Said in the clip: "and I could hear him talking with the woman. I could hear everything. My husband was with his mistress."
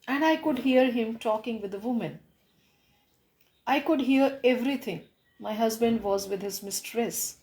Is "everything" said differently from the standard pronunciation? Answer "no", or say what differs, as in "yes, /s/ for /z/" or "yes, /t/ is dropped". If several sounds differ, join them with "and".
yes, /t/ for /θ/